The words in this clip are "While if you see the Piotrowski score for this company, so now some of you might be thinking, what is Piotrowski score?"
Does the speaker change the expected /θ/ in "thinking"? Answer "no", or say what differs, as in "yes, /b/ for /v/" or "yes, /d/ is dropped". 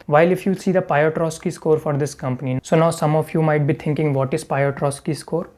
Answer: yes, /t/ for /θ/